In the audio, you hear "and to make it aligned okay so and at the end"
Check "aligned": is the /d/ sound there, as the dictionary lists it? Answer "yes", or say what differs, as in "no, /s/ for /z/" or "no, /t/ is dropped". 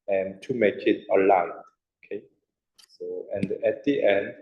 no, /d/ is dropped